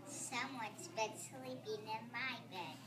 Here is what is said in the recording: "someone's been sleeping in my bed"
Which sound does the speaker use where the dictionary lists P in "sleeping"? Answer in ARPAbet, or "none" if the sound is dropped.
B